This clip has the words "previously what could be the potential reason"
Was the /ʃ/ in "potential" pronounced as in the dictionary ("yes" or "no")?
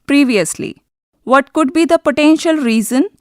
yes